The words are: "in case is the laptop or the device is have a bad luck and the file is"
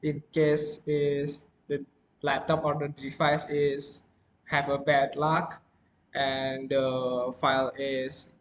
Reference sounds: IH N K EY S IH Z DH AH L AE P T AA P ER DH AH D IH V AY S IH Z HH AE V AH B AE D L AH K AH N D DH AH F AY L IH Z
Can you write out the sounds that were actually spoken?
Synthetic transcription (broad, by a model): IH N K EY S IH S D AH L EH P T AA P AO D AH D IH F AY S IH S HH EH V AH B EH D L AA K AH N D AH F AY L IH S